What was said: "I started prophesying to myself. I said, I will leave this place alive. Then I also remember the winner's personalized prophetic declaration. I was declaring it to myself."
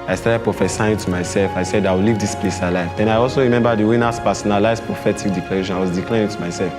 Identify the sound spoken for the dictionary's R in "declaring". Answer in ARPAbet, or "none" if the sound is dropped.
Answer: none